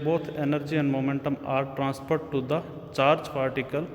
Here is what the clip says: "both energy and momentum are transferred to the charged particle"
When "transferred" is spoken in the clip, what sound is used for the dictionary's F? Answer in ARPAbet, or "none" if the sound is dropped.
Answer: P